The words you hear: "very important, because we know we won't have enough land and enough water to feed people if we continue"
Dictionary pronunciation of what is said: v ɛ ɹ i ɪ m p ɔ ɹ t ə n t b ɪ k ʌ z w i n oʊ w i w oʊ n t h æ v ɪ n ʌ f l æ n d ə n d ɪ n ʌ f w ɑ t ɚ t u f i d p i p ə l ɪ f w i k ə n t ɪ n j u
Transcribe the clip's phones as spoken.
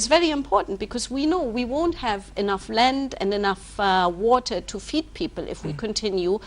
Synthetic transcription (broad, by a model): v ɛ ɹ i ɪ m p ɔ ɹ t n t b ɪ k ʌ z w i n oʊ w i w oʊ n t h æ v ɪ n ʌ f l æ n d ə n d ɪ n ʌ f w ɑ t ɚ t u f i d p i p ə l ɪ f w i k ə n t ɪ n j u